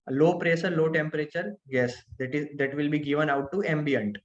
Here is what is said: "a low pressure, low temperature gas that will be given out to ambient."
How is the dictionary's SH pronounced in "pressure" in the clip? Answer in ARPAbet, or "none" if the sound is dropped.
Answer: S